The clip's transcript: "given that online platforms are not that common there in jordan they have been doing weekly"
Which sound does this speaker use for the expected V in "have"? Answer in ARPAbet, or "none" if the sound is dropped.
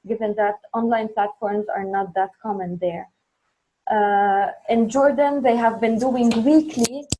V